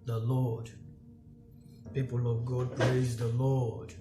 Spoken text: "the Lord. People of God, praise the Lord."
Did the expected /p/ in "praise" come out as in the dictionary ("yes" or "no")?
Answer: yes